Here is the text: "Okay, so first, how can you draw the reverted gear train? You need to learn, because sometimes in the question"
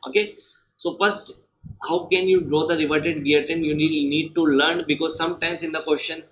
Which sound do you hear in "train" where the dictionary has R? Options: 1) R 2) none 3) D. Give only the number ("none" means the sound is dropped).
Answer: 2